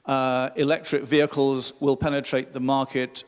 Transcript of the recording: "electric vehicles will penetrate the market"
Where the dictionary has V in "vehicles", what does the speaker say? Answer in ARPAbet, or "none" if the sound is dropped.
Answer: V